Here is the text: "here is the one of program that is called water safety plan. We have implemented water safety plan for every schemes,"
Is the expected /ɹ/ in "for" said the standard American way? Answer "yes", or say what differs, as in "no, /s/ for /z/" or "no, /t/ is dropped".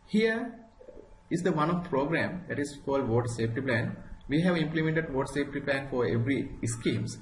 yes